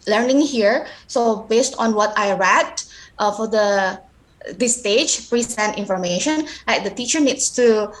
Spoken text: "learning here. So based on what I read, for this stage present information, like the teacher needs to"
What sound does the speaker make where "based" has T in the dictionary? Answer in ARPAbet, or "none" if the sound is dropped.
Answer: T